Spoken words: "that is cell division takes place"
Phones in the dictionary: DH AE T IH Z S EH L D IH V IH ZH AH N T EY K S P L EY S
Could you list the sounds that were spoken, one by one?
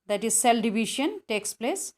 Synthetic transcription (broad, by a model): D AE T IH Z S EH L D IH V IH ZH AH N T EY K S P L EY S